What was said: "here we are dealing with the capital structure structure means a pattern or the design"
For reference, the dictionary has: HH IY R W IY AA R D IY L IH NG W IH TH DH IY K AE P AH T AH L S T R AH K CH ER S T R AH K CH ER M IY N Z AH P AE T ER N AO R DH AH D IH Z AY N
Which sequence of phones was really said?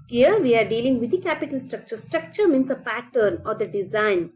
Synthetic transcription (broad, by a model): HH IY R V IY AA R D IY L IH NG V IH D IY K AE P AH T AH L S T R AH K CH ER S T R AH K CH ER M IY N S AH P AE T ER N AO R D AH D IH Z AY N